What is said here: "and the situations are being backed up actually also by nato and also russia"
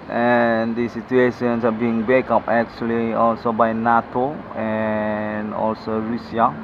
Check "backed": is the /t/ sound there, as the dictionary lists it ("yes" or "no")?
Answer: no